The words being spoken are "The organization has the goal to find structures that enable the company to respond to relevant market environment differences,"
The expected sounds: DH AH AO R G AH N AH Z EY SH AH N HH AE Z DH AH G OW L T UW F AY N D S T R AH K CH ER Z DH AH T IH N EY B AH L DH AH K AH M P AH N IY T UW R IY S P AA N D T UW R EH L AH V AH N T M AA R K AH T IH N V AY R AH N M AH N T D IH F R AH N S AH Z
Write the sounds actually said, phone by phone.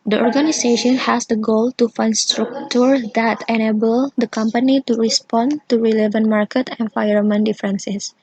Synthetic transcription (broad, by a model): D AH AO R G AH N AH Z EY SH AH N HH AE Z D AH G OW L T UW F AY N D S T R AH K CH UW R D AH T IH N EY B AH L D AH K AH M P AH N IY T UW R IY S P AA N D T UW R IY L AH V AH N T M AA R K AH T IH N F AY AH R M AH N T D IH F R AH N S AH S